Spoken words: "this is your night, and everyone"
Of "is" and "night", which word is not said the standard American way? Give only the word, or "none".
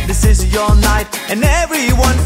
none